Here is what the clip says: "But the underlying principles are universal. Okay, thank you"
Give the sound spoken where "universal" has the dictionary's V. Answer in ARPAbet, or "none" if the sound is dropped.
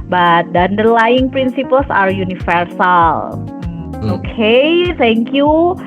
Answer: F